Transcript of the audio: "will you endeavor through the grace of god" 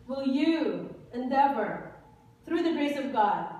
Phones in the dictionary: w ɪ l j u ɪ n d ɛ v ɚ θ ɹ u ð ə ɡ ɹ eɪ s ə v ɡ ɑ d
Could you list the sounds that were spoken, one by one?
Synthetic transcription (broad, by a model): w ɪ l j u ɪ n d ɛ v ɚ θ ɹ u ð ə ɡ ɹ eɪ s ə v ɡ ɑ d